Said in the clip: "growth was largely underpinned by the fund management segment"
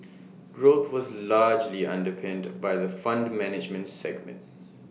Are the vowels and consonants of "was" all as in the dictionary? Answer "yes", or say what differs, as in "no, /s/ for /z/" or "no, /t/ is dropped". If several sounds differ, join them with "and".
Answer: yes